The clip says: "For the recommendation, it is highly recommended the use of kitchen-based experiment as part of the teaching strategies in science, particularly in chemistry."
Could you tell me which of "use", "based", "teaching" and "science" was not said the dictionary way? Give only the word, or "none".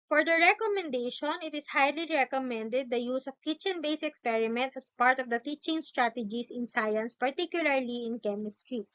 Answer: based